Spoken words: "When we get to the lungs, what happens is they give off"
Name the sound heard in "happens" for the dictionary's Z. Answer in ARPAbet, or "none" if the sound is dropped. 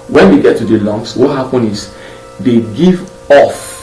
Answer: none